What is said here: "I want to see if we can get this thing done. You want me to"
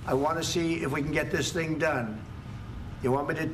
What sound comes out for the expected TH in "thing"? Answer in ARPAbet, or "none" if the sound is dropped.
TH